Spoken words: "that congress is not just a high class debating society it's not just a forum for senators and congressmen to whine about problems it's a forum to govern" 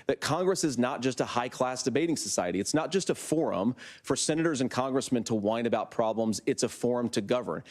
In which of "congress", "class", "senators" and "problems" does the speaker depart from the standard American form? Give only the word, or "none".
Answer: none